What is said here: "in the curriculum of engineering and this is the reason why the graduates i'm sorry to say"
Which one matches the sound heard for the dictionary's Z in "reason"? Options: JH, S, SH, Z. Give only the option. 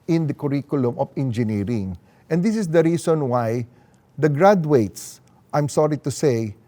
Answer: S